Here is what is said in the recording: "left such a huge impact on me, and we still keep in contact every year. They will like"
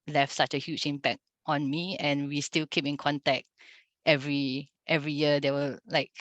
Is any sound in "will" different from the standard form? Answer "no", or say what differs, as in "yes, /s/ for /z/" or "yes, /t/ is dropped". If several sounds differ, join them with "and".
yes, /w/ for /l/